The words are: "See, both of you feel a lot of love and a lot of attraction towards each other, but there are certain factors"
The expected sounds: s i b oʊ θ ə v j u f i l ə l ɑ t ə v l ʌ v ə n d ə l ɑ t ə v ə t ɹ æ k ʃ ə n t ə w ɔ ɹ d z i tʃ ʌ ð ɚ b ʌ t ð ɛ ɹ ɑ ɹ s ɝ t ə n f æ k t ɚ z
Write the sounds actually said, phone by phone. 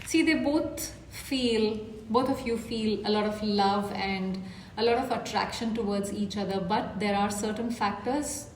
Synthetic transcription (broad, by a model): s i b oʊ f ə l j u f i l ə l ɑ t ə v l ʌ v ə n d ə l ɑ t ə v ə t ɹ æ k ʃ ə n t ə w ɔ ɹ d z i tʃ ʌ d ɚ b ʌ t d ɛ ɹ ɑ ɹ s ɝ t ə n f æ k t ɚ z